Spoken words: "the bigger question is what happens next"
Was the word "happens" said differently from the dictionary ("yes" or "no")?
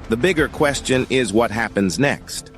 no